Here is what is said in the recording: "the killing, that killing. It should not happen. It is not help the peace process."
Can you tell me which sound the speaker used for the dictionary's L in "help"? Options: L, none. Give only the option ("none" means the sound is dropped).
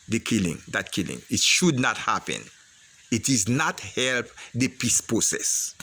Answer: L